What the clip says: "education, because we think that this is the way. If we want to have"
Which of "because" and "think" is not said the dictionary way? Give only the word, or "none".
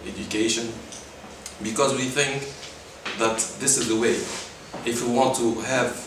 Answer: none